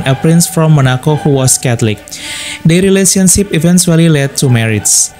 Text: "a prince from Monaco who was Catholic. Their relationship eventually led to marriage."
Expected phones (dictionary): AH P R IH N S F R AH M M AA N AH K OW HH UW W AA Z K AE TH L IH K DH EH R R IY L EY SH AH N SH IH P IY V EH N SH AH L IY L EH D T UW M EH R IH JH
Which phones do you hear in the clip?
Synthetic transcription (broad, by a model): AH P R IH N S F R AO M M AA N AH K OW HH UW W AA S K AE T L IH K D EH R R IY L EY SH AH N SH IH P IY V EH N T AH L IY L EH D T UW M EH R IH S